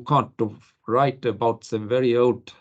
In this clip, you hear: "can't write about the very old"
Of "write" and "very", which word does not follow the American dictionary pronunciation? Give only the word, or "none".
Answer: none